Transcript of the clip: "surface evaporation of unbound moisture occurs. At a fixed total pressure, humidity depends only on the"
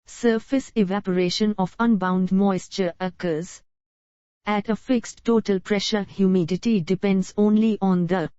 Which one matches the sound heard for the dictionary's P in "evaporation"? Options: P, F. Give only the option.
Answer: P